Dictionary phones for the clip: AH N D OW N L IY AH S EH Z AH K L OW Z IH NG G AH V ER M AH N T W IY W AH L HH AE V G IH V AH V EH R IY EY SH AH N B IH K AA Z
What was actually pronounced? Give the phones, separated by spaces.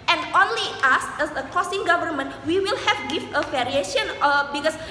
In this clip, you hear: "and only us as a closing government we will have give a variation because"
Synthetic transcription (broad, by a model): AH N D OW N L IY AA S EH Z AH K OW S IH NG G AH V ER M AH N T W IY W AH L HH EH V G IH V AH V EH R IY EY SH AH N B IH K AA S